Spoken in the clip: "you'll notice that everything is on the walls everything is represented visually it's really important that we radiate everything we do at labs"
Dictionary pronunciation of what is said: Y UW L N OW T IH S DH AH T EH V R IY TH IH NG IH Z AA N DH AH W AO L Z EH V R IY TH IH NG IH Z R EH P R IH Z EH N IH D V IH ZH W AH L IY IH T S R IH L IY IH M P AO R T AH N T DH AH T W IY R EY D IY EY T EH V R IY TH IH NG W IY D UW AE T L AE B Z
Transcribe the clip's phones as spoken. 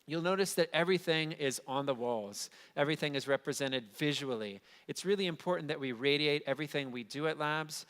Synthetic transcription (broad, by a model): Y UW L N OW T IH S DH AH T EH V R IY TH IH NG IH Z N DH AH W AO L Z EH V R IY TH IH NG IH Z R EH P R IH Z EH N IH D V IH ZH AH L IY IH T S R IH L IY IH M P AO R T N DH AH T W IY R EY D IY EY T EH V R IY TH IH NG W IY D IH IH T L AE B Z